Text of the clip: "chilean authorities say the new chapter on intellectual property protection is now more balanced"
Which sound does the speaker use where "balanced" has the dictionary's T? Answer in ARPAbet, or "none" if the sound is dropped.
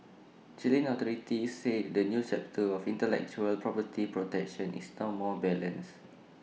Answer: none